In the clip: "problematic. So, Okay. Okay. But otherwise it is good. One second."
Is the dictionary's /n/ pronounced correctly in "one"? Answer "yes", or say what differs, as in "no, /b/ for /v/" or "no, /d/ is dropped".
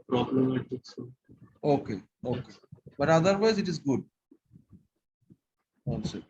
no, /l/ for /n/